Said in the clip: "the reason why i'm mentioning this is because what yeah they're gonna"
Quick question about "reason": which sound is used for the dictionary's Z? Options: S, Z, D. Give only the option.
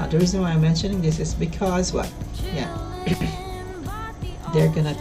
Z